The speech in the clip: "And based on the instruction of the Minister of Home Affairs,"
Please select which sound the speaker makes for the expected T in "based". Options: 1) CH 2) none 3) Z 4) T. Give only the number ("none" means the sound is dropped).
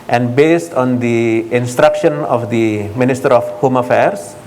4